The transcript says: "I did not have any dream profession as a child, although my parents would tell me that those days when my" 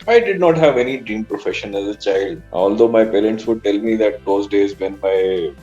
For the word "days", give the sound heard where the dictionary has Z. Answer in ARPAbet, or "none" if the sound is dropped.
Z